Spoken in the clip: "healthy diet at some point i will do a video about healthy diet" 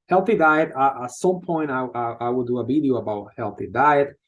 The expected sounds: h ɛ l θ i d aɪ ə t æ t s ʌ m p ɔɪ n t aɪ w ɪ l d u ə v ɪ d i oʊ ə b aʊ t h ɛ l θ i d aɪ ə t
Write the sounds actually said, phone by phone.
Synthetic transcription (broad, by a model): h ɛ l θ i d aɪ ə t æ t s ʌ m p ɔɪ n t aɪ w ɪ w d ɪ ə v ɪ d i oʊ ə b aʊ t h ɛ l θ i d aɪ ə t